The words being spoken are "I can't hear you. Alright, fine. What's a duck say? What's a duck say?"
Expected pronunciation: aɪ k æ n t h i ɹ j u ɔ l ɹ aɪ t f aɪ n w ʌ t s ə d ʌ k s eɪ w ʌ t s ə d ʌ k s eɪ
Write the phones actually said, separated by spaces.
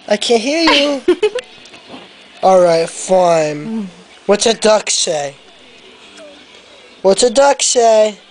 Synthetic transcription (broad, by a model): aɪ k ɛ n h i ɹ j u ɔ l ɹ aɪ t f aɪ n w ʌ t s ə d ʌ k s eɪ w ʌ t s ə d ʌ k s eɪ